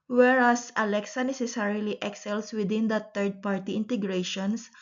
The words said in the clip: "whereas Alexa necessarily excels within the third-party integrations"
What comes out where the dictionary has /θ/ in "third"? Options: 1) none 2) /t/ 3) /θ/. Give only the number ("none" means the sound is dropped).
2